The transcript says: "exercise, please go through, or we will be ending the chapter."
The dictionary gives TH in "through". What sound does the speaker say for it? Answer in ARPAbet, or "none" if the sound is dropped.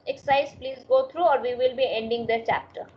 T